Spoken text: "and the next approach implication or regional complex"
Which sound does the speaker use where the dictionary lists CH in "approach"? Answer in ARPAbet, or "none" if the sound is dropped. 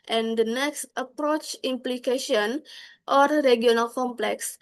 CH